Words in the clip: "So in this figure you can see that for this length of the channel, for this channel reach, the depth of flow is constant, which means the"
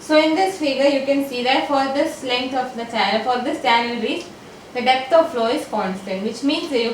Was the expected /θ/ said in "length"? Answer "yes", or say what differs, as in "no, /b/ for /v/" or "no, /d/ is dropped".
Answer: no, /t/ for /θ/